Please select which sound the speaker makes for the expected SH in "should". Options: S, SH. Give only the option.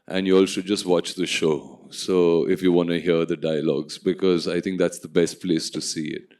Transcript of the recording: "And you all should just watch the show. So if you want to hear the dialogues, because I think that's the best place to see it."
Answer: S